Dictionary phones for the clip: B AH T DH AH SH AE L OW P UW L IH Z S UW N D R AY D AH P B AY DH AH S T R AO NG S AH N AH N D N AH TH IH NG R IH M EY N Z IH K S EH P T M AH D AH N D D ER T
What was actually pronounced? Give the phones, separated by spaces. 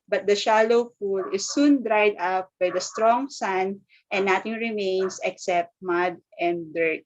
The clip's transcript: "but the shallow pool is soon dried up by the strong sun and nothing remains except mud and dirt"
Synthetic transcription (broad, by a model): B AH T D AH SH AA L OW F UW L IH S UW N D R AY D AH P B AY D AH S T R AO NG S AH N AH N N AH T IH NG R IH M EY N S IH K S EH P T M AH D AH N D D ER T